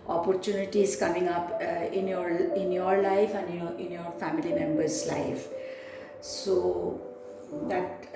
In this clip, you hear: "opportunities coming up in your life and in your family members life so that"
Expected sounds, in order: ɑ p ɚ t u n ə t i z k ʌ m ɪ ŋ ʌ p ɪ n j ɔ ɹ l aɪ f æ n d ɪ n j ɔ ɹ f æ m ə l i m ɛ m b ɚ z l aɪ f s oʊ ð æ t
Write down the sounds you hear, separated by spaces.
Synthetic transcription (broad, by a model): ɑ p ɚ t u n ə t i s k ʌ m ɪ ŋ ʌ p ɪ n j ɔ ɹ l aɪ f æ n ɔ ɪ n j ɔ ɹ f æ m ə l i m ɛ m b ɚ s l aɪ f s oʊ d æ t